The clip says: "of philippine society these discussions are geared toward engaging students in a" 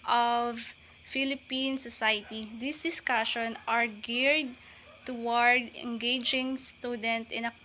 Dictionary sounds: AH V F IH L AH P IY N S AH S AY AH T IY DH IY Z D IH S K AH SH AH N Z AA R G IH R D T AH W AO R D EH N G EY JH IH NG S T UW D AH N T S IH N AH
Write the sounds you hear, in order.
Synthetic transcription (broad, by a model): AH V F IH L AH P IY N S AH S AY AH T IY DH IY S D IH S K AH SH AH N AA R G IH R D T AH W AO R D EH N G EY JH IH NG S T UW D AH N T IH N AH